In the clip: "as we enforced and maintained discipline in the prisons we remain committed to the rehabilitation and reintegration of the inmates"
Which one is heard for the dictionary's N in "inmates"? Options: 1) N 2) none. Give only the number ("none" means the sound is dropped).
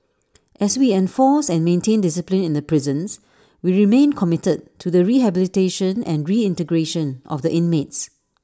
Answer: 1